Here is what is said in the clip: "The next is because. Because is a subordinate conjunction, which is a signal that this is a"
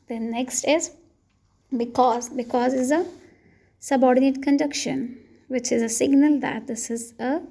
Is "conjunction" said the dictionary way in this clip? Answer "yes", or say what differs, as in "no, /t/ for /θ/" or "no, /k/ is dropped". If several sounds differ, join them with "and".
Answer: no, /ŋ/ is dropped